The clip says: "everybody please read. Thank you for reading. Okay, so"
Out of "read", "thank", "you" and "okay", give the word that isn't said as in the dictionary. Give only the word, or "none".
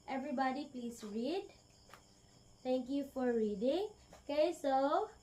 thank